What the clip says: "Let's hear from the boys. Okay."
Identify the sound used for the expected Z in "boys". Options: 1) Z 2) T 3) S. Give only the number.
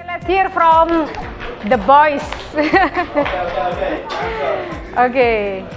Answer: 3